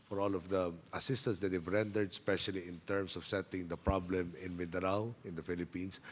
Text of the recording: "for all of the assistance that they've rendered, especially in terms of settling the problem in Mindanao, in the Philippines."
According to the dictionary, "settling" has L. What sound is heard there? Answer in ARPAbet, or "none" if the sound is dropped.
none